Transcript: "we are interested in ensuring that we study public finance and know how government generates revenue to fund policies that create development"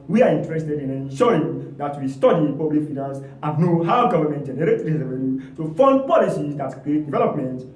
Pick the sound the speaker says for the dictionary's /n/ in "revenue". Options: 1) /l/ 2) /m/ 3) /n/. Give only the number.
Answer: 1